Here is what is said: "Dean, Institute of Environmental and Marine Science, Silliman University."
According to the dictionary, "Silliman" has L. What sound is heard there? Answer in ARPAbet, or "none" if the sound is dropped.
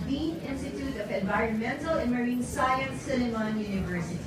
N